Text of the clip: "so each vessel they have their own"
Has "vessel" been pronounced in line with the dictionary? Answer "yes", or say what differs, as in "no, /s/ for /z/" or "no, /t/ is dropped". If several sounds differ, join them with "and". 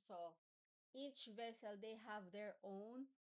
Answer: yes